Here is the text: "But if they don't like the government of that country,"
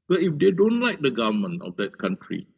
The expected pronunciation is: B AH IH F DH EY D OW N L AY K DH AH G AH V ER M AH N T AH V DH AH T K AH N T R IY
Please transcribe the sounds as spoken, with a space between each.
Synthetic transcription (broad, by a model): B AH IH F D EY D OW N L AY K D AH G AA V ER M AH N AH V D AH T K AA N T R IY